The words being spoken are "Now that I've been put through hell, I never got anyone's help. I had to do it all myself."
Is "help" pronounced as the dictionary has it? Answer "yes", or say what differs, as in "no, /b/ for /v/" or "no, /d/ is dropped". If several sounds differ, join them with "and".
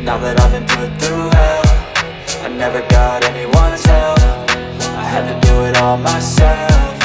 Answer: no, /f/ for /p/